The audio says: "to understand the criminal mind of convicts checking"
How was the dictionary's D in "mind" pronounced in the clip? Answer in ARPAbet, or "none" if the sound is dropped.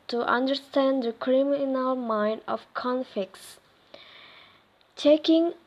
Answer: D